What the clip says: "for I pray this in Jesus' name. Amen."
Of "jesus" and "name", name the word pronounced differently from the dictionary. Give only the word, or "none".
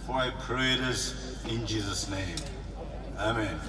none